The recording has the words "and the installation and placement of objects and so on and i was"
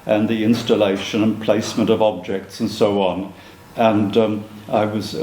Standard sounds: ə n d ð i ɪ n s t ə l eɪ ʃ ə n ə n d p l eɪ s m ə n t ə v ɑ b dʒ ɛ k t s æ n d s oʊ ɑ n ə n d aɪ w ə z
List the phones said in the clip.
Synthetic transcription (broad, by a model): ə n ð i ɪ n s t ə l eɪ ʃ ə n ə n p l eɪ s m ə n t ə v ɑ b dʒ ɛ k t s n s oʊ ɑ n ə n aɪ w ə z